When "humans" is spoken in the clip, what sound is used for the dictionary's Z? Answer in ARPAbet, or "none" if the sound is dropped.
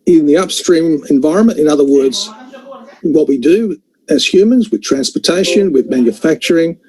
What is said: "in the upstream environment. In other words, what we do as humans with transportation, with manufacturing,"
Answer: Z